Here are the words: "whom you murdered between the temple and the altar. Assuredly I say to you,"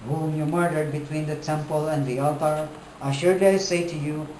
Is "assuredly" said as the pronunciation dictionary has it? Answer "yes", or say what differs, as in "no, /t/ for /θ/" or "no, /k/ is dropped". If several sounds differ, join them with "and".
no, /l/ is dropped